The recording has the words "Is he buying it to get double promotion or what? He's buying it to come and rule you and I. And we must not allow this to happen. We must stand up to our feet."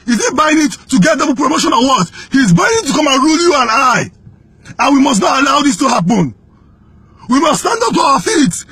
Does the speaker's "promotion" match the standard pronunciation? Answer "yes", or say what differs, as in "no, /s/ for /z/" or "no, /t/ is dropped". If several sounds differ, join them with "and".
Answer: yes